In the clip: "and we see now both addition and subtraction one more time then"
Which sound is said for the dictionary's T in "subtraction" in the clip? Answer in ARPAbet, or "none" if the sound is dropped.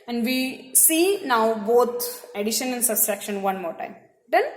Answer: S